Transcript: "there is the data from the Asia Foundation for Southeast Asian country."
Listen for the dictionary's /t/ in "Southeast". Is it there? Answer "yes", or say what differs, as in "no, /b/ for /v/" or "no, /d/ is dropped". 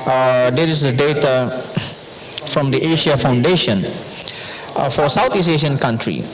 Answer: no, /t/ is dropped